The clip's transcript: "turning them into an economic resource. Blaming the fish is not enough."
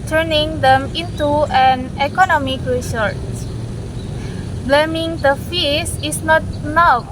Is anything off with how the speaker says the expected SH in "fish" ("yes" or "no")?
yes